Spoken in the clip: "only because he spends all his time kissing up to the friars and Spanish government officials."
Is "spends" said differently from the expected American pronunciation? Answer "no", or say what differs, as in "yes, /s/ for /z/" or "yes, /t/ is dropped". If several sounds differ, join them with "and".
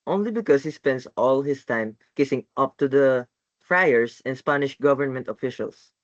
yes, /s/ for /z/